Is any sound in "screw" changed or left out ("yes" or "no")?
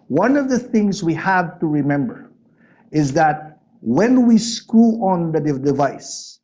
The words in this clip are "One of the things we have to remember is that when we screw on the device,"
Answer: yes